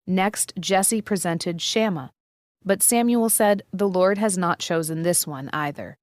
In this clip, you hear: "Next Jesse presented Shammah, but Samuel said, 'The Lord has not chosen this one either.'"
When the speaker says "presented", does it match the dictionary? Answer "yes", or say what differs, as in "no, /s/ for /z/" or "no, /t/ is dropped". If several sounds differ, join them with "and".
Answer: yes